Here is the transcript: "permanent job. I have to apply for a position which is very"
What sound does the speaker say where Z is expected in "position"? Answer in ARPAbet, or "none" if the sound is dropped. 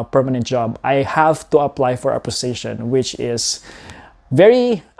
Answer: S